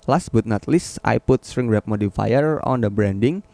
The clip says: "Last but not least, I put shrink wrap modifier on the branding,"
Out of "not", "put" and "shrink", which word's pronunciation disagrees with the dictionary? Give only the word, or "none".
shrink